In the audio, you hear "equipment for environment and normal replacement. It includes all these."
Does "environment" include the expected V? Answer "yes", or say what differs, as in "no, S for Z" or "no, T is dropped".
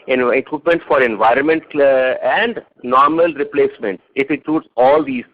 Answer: yes